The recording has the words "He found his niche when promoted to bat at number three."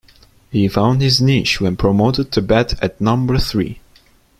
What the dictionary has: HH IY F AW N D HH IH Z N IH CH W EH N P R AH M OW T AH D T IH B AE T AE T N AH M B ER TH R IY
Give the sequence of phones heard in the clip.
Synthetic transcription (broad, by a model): HH IY F AW N D HH IH Z N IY SH W EH N P R AH M OW T AH D T IH B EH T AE T N AH M B ER TH R IY